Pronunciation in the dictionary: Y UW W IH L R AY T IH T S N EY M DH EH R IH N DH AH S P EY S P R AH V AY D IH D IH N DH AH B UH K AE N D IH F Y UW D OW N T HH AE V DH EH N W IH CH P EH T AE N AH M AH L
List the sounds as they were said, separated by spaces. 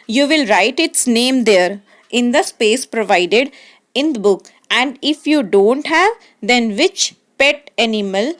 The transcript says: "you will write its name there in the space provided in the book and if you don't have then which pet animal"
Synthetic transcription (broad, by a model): Y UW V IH L R AY T IH T S N EY M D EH R IH N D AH S P EY S P R AH V AY D IH D IH N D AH B UH K AE N D IH F Y UW D OW N T HH AE V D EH N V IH CH P EH T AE N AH M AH L